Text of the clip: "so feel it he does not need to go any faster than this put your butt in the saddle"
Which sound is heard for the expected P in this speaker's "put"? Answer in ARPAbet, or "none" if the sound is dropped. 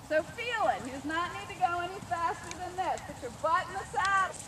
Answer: B